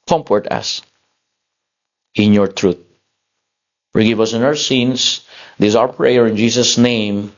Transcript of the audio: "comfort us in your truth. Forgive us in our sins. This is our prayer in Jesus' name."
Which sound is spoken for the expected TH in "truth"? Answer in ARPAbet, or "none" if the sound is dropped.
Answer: T